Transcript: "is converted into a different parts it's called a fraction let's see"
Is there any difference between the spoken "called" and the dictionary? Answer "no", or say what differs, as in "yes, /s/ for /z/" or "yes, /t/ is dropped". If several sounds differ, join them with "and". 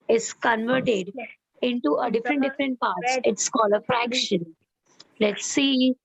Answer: yes, /d/ is dropped